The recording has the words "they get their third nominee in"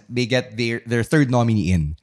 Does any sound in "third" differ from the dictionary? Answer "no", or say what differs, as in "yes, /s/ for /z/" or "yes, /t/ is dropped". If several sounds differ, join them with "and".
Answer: no